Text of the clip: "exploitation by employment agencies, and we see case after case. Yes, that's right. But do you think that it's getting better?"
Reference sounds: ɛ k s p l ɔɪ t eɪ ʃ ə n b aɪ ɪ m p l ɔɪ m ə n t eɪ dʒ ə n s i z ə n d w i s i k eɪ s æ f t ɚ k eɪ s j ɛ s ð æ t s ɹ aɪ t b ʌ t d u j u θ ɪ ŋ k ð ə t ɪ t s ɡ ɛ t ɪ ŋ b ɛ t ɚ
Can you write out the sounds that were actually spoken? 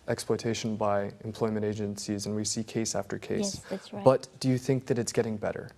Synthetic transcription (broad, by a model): ɛ k s p l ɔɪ t eɪ ʃ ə n b aɪ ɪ m p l ɔɪ m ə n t eɪ dʒ ə n s i z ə n w i s i k eɪ s æ f t ɚ k eɪ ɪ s s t b ʌ t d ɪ j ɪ θ ɪ ŋ k ð ə t ɪ t s ɡ ɛ t ɪ ŋ b ɛ t ɚ